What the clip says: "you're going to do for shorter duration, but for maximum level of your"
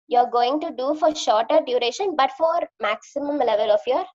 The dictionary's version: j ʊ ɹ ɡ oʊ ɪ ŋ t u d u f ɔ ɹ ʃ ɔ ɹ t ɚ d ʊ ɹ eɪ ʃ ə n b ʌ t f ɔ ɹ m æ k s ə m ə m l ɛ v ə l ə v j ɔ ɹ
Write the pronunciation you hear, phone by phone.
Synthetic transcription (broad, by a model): j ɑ ɹ ɡ oʊ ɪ ŋ t u d u f ɔ ɹ ʃ ɔ ɹ t ɚ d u ɹ eɪ ʃ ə n b ʌ t f ɔ ɹ m æ k s ə m ə m l ɛ v ə l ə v j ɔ ɹ